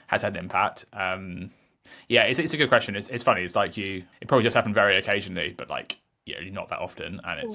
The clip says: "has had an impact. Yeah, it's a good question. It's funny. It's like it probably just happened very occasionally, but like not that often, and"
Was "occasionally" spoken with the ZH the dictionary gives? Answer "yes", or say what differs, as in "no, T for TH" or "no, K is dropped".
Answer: yes